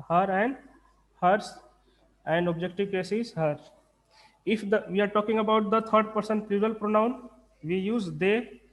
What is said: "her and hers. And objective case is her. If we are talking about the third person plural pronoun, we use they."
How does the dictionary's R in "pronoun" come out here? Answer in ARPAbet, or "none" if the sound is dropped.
R